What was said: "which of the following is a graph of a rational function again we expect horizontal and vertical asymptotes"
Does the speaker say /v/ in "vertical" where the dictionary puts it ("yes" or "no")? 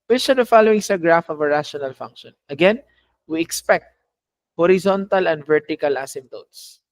yes